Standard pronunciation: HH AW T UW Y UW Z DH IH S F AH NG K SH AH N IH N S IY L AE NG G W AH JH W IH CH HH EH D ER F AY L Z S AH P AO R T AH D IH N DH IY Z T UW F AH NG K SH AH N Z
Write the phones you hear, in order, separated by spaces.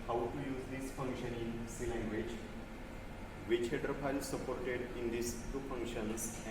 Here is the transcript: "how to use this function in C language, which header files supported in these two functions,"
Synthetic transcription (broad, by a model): HH AW T UW Y UW Z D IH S F AH NG K SH AH N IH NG S IY L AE NG G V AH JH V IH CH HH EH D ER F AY L S AH P AO R T AH D IH N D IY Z T UW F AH NG K SH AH N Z